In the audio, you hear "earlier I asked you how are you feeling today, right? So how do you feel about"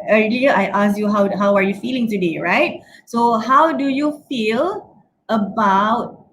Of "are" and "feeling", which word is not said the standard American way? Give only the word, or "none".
are